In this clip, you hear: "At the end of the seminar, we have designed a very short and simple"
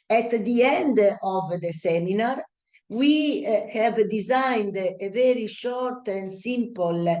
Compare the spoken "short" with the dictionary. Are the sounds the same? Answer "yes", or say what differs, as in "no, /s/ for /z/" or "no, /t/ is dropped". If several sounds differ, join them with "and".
yes